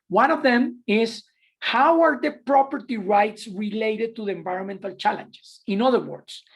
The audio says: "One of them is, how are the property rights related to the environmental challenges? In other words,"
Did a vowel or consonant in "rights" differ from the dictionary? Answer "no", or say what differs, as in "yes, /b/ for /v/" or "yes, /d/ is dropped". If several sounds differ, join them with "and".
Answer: no